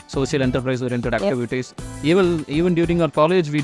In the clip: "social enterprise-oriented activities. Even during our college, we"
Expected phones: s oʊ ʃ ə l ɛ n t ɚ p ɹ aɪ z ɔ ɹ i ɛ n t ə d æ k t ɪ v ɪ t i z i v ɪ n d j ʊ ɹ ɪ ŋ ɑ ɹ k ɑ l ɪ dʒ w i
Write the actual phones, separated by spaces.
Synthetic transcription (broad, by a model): s oʊ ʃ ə l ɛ n t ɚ p ɹ aɪ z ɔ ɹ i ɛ n t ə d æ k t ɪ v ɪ t i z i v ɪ n d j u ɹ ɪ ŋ ɑ ɹ k ɑ l ɪ dʒ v i